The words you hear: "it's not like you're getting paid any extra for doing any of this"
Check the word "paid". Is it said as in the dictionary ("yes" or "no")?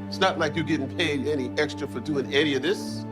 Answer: yes